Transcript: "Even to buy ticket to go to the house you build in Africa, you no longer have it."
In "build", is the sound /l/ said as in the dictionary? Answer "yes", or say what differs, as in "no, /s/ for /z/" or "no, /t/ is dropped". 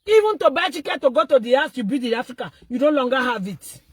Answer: no, /l/ is dropped